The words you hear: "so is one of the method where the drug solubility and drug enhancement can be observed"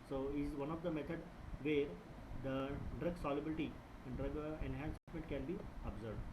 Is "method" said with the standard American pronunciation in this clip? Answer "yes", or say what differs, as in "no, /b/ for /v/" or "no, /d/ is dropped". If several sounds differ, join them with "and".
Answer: no, /t/ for /θ/